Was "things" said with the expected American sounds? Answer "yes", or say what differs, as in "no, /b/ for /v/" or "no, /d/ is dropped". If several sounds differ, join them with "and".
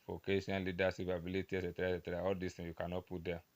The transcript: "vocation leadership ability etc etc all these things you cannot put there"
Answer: no, /z/ is dropped